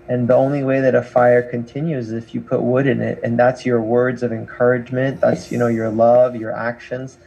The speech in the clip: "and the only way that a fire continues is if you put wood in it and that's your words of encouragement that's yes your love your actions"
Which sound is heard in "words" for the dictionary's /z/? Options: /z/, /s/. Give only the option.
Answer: /z/